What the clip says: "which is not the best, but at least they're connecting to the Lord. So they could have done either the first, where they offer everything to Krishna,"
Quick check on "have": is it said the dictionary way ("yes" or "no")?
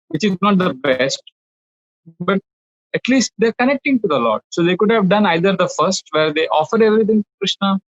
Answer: yes